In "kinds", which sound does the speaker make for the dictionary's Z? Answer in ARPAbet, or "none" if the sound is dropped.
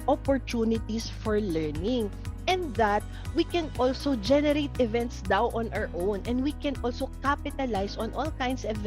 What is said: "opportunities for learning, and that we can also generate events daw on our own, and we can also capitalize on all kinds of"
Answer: S